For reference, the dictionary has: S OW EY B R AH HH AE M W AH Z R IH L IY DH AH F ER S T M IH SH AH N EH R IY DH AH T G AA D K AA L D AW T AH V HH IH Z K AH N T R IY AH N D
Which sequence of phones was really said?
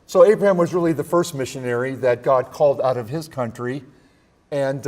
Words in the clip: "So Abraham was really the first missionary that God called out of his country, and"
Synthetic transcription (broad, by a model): S OW EY B R AH HH AE M W AH Z R IH L IY DH AH F ER S T M IH SH AH N EH R IY DH AH T G AA D K AA L D AW T AH V IH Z K AH N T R IY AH N